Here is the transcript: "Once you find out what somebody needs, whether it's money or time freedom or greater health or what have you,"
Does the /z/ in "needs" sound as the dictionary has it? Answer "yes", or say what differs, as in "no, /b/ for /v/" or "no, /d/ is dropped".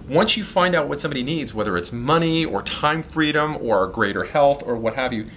yes